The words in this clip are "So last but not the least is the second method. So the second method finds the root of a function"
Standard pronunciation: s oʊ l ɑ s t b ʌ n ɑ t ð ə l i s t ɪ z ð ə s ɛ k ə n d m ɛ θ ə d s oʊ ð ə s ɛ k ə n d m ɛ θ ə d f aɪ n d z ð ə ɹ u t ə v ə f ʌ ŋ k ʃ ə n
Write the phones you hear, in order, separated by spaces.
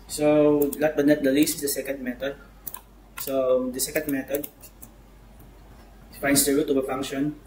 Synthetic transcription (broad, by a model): s oʊ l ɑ t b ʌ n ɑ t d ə l i s t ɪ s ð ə s ɛ k ə n d m ɛ t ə d s oʊ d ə s ɛ k ə n d m ɛ t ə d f aɪ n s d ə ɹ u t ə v ə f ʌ ŋ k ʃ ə n